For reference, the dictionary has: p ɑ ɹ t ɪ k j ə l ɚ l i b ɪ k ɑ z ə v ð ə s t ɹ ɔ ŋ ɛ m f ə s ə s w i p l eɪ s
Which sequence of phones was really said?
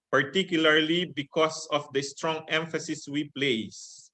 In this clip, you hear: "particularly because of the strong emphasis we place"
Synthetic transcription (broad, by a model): p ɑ ɹ t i k j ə l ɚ l i b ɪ k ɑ s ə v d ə s t ɹ ɔ ŋ ɛ m f ə s ə s w i p l eɪ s